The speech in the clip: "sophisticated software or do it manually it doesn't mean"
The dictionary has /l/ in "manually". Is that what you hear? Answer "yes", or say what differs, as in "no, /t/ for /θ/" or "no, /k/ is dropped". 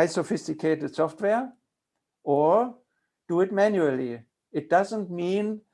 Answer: yes